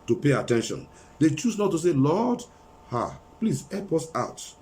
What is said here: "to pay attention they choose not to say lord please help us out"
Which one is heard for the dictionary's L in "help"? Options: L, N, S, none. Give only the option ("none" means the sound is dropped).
none